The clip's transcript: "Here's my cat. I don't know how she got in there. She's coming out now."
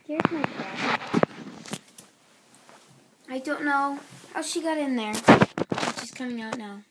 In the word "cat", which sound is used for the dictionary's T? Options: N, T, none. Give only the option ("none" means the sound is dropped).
none